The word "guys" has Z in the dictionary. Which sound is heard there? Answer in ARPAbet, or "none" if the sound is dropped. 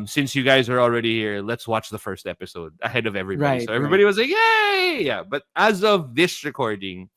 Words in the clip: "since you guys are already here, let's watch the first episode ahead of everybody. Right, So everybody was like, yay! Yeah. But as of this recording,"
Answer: Z